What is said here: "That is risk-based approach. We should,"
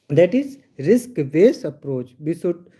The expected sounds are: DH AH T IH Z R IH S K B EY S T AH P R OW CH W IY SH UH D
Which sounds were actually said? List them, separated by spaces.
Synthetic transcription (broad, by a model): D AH T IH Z R IH S K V EY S AH P R OW CH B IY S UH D